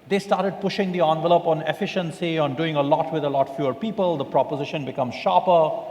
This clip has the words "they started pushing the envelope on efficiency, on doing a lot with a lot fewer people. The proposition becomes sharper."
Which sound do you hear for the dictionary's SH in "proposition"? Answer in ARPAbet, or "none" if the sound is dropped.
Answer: SH